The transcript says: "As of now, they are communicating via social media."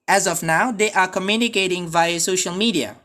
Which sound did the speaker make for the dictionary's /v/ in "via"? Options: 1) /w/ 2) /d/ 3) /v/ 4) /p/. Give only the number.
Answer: 3